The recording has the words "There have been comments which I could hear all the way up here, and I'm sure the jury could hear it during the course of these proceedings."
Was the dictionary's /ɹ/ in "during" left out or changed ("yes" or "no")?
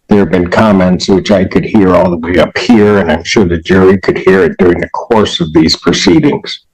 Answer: no